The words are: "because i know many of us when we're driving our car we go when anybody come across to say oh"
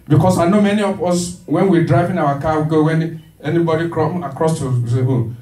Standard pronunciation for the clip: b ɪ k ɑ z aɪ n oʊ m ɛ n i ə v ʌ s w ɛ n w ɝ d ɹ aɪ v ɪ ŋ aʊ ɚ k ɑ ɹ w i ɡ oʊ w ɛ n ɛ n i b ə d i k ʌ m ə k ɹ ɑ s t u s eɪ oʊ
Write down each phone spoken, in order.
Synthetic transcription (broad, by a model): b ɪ k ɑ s aɪ n oʊ m ɛ n i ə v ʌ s w ɛ n w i d ɹ aɪ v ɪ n aʊ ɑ k ɑ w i ɡ oʊ w ɛ n ɛ n i b ə d i k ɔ ə k ɹ ɑ s t u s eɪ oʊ